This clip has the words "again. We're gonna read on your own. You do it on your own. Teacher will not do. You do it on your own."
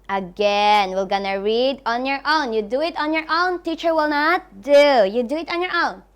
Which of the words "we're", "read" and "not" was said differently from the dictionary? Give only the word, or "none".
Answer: we're